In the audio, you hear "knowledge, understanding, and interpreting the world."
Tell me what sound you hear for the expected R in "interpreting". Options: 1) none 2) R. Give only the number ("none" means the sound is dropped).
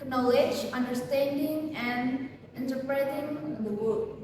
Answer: 2